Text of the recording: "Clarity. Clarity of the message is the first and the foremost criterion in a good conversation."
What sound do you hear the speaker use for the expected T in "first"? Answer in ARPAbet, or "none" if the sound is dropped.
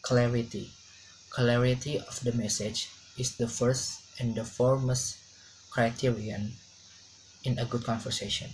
T